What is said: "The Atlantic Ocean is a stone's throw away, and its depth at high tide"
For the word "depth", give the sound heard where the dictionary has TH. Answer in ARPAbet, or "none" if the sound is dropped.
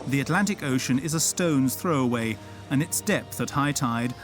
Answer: TH